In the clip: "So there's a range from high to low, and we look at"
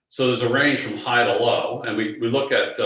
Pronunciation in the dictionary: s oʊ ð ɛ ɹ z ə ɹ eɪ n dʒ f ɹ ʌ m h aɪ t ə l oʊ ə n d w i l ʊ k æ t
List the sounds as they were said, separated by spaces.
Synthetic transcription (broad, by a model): s oʊ ð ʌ ɹ z ə ɹ eɪ n ʒ f ɹ ʌ m h aɪ t ə l oʊ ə n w w i l ʊ k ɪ t